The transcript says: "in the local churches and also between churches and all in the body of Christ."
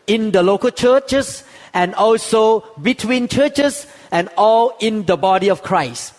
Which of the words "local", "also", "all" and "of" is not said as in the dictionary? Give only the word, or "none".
of